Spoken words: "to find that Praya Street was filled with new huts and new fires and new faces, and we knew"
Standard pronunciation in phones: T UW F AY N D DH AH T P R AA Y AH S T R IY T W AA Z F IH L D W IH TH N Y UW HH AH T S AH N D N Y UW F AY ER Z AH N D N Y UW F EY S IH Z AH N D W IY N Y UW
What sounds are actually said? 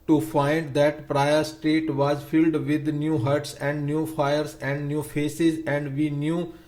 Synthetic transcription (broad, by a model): T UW F AY N D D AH T P R AA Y AH S T EH T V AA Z F IH L D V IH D N Y UW HH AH T S AH N D N Y UW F AY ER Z AH N D N Y UW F EY S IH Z AH N D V IY N Y UW